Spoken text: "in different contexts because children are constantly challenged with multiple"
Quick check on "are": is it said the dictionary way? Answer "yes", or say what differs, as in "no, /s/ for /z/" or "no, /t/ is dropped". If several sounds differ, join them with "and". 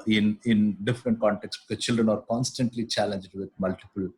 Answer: yes